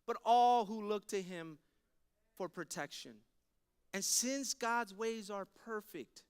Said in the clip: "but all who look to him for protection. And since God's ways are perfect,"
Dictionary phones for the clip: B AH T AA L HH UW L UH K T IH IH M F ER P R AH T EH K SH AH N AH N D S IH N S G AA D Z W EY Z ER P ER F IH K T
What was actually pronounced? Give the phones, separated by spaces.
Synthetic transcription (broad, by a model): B AH T AA L HH UW L UH K T IH IH M F ER P R AH T EH K SH AH N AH N S IH N S G AA D Z W EY Z ER P ER F IH K T